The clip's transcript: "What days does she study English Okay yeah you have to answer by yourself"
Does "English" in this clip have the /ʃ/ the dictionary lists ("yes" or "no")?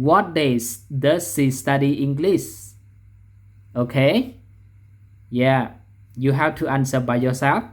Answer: no